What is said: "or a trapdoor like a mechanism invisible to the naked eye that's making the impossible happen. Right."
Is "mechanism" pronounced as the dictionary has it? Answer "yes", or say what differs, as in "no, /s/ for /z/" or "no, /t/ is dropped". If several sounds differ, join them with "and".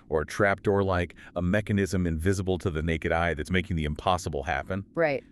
yes